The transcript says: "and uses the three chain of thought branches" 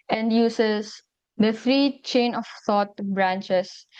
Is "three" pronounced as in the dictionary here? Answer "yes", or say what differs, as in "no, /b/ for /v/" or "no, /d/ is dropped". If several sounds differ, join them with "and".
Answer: no, /f/ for /θ/